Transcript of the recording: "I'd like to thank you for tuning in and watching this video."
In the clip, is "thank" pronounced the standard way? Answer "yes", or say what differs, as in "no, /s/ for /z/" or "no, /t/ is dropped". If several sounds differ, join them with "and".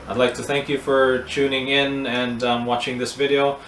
yes